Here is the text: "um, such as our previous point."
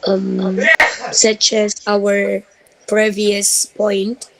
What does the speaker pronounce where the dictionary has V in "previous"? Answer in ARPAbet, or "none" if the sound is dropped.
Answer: V